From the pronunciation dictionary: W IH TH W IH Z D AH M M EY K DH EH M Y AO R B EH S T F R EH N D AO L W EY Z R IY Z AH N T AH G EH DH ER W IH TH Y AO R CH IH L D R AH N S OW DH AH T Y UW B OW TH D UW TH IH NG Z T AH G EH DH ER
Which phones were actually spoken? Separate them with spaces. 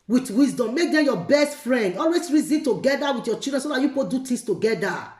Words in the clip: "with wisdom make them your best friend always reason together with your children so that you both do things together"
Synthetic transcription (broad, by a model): W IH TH W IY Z D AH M M EY K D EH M Y AO B EH S T F R EH N D AO L W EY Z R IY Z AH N T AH G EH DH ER W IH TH Y AO CH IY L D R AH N S OW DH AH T Y UW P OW T D UW T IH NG S T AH G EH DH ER